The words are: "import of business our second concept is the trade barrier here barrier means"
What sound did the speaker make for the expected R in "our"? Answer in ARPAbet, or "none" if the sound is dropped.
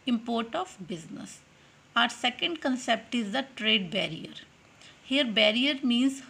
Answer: R